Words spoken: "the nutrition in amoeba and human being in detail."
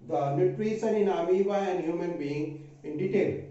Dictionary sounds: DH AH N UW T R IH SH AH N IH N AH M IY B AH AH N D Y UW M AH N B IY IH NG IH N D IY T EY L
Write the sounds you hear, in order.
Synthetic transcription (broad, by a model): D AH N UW T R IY S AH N IH N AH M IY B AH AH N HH Y UW M AH N B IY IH NG IH N D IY T EY L